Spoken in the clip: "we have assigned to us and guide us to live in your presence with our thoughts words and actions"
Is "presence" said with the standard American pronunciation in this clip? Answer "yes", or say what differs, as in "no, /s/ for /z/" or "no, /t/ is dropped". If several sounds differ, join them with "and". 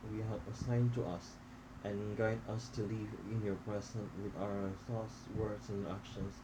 no, /s/ is dropped